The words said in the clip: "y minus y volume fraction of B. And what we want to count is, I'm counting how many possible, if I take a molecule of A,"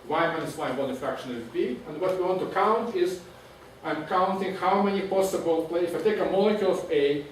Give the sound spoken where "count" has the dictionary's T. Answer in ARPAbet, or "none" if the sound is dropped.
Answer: T